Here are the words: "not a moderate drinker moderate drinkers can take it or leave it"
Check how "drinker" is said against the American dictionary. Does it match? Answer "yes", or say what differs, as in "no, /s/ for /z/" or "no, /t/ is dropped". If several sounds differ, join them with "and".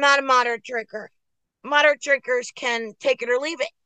no, /ŋ/ is dropped